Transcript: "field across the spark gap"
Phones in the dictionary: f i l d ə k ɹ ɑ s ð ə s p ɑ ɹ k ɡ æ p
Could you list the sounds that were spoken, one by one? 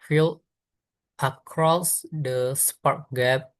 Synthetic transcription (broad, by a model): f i l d ə k ɹ ɑ s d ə s p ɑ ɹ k ɡ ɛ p